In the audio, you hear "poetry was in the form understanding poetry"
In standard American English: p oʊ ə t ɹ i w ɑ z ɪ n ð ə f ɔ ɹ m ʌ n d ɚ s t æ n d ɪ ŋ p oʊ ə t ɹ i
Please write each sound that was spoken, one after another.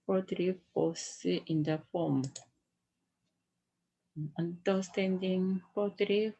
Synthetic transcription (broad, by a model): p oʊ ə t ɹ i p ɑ s ɪ n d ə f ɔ m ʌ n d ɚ s t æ n d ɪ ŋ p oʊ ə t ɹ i